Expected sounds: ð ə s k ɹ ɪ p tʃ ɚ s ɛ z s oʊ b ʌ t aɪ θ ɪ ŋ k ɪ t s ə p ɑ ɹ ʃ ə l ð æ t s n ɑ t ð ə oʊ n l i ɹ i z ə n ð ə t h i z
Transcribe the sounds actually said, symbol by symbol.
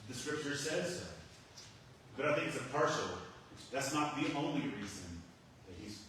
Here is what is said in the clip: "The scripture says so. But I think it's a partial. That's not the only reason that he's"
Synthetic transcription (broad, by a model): ð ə s k ɹ ɪ p tʃ ɚ s ɛ z s oʊ b ʌ t aɪ θ ɪ ŋ k ɪ t s ə p ɑ ɹ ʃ l ð æ t s n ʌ t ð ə oʊ n l i ɹ i z ə n ð ə t h i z